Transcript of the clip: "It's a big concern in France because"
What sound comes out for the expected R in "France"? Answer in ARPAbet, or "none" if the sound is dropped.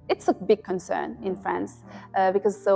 R